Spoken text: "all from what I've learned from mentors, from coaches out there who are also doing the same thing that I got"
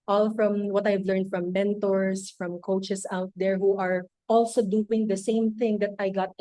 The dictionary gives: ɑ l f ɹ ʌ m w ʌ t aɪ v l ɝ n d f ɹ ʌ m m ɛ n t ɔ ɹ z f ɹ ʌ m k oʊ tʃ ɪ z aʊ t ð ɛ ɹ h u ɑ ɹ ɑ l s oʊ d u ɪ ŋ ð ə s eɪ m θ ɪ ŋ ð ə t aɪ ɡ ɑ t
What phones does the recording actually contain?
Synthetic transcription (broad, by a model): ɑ l f ɹ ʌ m w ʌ t aɪ v l ɝ n d f ɹ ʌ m m ɛ n t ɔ ɹ s f ɹ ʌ m k oʊ tʃ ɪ s aʊ t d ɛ ɹ h u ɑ ɹ ɑ l s oʊ d u ɪ ŋ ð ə s eɪ m θ ɪ ŋ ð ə t aɪ ɡ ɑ t